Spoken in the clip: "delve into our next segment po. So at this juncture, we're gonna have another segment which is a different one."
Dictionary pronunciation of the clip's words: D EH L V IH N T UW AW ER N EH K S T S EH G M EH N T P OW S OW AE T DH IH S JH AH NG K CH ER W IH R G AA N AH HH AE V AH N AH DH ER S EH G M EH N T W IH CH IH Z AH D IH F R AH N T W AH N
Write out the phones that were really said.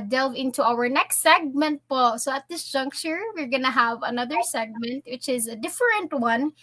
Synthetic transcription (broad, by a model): D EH L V IH N T UW AW ER N EH K S T S EH G M EH N T P OW S OW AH T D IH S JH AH NG K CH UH W IH R G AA N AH HH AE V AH N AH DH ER S EH G M EH N T W IH CH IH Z AH D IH F R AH N T W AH N